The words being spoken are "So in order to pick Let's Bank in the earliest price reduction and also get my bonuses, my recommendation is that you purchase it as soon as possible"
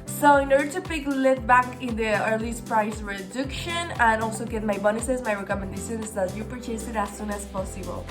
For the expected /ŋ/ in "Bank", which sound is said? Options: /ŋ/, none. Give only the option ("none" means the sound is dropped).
none